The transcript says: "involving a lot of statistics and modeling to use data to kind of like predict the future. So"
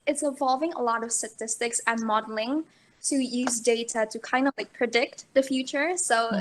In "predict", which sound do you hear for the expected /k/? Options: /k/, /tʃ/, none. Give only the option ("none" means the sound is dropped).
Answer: /k/